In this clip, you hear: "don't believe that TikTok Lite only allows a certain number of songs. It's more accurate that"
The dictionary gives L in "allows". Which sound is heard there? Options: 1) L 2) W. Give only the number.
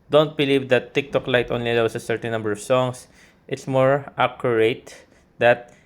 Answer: 2